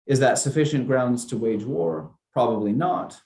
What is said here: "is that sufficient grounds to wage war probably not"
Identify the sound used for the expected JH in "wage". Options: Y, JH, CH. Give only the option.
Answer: JH